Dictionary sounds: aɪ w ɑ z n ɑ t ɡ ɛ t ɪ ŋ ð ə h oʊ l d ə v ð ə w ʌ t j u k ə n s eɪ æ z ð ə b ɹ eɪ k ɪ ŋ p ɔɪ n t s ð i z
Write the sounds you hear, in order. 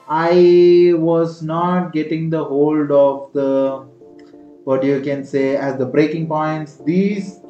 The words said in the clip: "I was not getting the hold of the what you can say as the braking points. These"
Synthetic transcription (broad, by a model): aɪ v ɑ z n ɑ t ɡ ɛ t ɪ ŋ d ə h oʊ l d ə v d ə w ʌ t j u k ə n s eɪ æ z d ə b ɹ eɪ k ɪ ŋ p ɔɪ n t s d i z